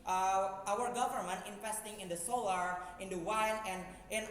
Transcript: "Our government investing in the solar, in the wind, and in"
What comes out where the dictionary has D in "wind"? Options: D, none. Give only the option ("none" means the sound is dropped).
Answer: none